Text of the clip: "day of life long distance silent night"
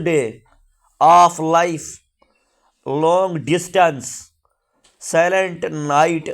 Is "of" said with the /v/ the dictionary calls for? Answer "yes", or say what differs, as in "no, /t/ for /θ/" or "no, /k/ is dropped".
no, /p/ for /v/